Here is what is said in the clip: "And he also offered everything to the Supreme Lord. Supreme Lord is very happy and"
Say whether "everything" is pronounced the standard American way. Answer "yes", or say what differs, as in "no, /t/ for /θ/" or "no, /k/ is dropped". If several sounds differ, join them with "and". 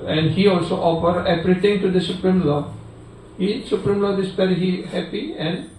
no, /p/ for /v/ and /t/ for /θ/